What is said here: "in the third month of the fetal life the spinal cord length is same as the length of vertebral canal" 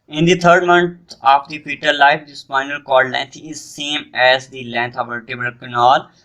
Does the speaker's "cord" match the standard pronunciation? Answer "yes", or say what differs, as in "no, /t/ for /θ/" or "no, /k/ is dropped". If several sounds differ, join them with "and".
no, /l/ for /ɹ/